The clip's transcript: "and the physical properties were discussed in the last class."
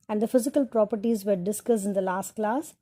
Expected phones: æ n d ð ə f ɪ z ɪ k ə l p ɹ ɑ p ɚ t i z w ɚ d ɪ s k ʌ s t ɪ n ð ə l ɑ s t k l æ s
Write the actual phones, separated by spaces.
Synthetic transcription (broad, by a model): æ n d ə f ɪ z ɪ k ə l p ɹ ɑ p ɚ t i z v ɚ d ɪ s k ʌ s ɪ n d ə l ɑ s t k l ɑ s